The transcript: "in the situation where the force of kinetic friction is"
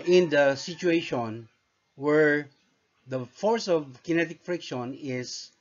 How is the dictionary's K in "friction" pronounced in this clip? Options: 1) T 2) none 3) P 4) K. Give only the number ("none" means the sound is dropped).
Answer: 4